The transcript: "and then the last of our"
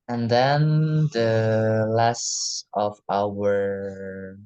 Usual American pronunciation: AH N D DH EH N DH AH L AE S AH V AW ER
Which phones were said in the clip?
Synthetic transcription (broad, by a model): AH N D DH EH N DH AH L AE S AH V AW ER